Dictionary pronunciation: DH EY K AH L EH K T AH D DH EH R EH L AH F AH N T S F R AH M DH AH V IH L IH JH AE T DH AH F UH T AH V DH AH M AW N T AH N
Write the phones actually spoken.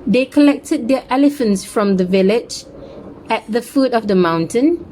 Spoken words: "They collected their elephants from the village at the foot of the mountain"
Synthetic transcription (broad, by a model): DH EY K AH L EH K T AH D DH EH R EH L AH F AH N T S F R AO M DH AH V IH L IH JH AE T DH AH F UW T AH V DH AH M AW N T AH N